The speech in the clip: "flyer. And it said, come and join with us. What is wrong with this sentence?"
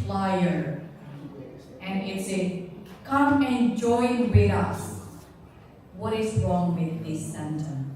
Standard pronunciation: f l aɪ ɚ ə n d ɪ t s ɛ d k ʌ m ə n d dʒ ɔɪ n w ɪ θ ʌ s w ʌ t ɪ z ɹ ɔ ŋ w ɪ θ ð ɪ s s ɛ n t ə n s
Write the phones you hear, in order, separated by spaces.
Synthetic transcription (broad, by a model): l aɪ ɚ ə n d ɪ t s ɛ k ʌ m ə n dʒ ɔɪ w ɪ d ʌ s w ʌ t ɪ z ɹ ɔ ŋ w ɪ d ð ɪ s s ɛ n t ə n